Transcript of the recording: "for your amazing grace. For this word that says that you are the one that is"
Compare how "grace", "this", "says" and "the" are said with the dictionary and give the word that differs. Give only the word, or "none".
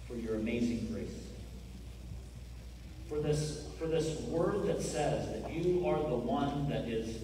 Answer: none